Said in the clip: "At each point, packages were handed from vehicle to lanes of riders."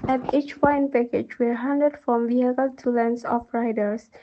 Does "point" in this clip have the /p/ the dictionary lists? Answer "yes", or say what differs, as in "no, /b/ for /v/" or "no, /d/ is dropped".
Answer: no, /f/ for /p/